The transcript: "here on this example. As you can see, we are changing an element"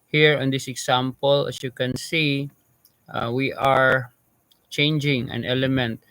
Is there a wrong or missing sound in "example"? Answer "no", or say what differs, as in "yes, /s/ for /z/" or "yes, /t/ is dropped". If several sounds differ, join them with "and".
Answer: yes, /s/ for /z/